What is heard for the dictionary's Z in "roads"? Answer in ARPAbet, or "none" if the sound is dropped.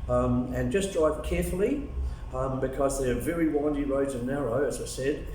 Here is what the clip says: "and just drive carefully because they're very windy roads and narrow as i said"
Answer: Z